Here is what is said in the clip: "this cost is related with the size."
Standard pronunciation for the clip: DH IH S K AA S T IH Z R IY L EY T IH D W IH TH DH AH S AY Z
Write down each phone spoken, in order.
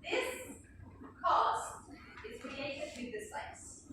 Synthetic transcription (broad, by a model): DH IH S K AA S T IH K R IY EY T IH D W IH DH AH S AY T